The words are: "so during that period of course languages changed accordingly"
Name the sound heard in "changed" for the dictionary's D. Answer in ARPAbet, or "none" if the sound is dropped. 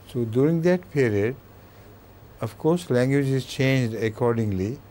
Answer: D